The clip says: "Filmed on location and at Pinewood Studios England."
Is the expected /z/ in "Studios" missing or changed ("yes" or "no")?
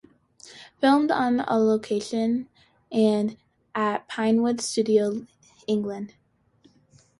yes